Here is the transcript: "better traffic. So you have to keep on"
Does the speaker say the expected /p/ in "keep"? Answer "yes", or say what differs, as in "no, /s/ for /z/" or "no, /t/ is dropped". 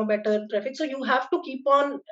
yes